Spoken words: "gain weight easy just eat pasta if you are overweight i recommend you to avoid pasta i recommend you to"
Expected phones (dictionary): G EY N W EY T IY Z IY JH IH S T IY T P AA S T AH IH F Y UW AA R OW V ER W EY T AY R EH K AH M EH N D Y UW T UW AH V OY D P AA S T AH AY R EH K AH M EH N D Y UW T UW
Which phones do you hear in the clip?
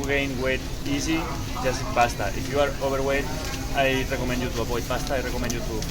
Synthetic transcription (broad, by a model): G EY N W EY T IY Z IY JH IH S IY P AA S T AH IH F Y UW AA R OW B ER W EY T AY R EH K AH M EH N D Y UW T UW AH P OY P AA S T AY R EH K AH M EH N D Y UW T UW